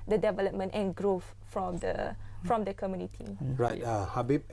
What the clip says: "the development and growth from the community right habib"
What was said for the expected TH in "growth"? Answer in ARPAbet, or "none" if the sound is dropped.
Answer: F